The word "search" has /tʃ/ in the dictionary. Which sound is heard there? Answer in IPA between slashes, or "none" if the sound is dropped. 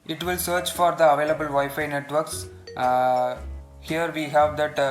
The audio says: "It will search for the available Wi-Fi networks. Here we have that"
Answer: /tʃ/